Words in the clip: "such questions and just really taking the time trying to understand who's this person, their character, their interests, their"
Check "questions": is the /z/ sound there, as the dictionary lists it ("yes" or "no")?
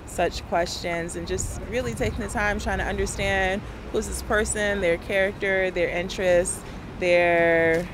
yes